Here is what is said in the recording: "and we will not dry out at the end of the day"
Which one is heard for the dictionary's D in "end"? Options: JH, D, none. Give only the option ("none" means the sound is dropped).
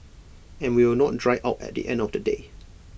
D